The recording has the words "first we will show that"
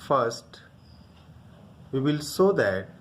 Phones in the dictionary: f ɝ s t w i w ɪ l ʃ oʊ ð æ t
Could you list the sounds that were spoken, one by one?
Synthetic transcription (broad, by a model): f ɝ s t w i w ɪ l s oʊ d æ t